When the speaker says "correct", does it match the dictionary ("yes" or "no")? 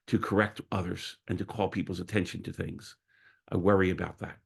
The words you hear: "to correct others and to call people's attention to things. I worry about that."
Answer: yes